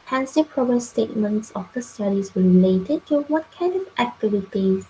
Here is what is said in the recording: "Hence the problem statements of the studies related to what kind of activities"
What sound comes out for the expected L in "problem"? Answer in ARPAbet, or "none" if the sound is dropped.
none